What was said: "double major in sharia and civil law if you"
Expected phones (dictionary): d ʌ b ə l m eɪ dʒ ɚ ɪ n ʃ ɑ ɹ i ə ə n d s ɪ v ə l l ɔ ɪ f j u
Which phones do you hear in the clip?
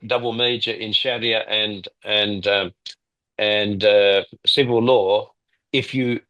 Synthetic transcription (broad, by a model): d ʌ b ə l m eɪ dʒ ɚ ɪ n ʃ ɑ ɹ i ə ə n d s ɪ v ə l l ɔ ɪ f j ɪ